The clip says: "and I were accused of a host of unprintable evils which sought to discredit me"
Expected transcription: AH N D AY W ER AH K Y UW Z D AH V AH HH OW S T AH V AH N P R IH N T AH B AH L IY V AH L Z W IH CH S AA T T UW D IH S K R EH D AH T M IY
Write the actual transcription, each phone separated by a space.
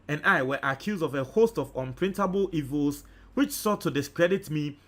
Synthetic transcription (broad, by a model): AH N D AY W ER AH K Y UW Z D AH V AH HH OW S T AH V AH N P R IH N T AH B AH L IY V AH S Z W IH CH S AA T T UW D IH S K R EH D AH T M IY